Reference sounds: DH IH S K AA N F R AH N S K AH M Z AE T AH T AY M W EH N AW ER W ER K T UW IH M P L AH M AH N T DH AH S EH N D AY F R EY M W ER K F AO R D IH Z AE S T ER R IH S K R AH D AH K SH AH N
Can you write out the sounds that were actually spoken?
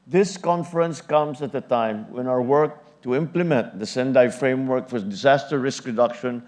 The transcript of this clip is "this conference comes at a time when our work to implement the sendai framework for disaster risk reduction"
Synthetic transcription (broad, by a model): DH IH S K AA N F R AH N S K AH M S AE T AH T AY M W EH N AW ER W ER K T UW IH M P L AH M AH N T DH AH S EH N D AY F R EY M W ER K F AO R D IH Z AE S T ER R IH S K R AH D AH K SH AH N